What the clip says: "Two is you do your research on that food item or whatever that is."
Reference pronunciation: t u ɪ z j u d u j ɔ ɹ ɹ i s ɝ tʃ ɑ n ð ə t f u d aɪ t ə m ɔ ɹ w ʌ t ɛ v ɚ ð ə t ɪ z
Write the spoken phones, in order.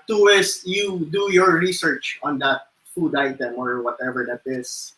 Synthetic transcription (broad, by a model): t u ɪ s j u d u j ɔ ɹ ɹ i s ɝ tʃ ɑ n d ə t f u d aɪ t ə m ɔ ɹ w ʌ t ɛ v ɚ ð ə t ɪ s